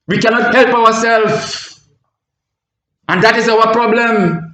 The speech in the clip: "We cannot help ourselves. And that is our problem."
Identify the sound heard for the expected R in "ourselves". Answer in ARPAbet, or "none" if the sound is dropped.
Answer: W